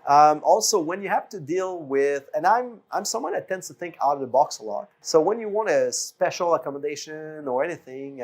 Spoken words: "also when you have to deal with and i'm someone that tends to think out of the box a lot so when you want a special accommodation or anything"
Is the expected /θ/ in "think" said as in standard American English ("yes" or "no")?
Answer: yes